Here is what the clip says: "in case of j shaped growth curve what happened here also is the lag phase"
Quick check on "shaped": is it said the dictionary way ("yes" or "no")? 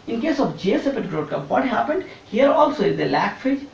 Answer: no